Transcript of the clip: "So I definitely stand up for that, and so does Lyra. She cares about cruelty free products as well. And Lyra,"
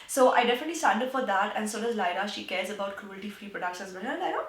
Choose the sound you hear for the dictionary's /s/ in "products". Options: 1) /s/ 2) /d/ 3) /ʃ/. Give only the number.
3